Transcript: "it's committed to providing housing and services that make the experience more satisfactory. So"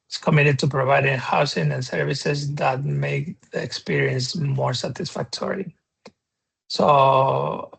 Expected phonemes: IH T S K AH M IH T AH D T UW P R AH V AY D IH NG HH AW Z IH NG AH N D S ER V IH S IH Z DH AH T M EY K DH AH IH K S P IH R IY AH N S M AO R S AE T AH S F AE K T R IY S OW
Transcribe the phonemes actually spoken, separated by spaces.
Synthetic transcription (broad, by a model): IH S K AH M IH T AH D T UW P R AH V AY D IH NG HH AW S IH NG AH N S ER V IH S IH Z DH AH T M EY K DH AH K S P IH R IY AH N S M AO R S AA T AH S F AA K T R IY S OW